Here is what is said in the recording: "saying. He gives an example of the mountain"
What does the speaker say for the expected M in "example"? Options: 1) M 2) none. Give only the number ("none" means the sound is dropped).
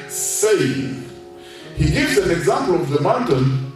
1